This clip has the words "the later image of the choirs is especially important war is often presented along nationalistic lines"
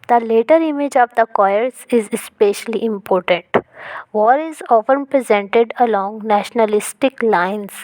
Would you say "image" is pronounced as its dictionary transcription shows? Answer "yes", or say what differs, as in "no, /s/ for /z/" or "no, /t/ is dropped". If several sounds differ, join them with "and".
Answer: yes